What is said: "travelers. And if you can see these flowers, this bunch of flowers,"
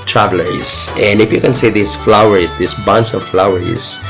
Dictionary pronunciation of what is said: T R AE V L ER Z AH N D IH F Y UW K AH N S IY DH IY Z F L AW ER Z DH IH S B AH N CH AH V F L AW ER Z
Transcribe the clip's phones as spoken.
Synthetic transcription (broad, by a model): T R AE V L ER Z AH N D IH F Y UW K AH N S IY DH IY S F L AW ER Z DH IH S B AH N S AH V F L AW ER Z